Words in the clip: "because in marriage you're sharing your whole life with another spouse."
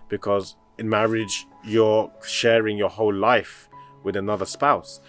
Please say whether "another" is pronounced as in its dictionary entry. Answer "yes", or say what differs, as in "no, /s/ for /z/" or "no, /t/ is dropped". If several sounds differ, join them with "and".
yes